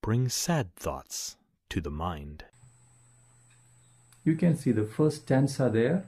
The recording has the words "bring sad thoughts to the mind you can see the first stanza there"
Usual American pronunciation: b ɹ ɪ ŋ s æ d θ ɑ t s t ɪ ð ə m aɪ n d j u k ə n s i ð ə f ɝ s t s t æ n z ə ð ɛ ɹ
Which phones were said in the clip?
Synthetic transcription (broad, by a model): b ɹ ɪ ŋ s æ d θ ɑ t s t ɪ ð ə m aɪ n d j u k ə n s i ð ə f ɝ s t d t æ n s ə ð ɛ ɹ